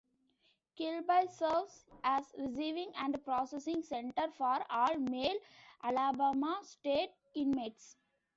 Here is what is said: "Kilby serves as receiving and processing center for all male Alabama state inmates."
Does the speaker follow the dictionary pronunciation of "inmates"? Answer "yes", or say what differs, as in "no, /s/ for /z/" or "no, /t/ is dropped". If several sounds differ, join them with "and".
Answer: yes